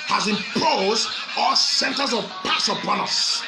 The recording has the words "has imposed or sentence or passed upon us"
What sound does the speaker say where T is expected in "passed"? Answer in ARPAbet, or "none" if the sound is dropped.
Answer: none